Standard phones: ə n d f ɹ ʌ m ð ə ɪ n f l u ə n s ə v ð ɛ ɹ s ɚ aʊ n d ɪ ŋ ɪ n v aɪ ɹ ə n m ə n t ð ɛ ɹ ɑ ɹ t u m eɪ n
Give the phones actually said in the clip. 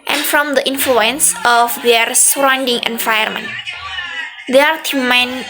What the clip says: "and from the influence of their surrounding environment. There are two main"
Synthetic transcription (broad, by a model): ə n f ɹ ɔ m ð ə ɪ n f l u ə n s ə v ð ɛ ɹ s ɚ aʊ n d ɪ ŋ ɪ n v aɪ ə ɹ m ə n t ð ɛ ɑ ɹ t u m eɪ n